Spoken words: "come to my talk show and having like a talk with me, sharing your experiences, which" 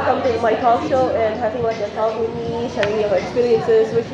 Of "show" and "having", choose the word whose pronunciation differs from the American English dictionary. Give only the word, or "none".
having